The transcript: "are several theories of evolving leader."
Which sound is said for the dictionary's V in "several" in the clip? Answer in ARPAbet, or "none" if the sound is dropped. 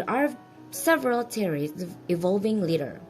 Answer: V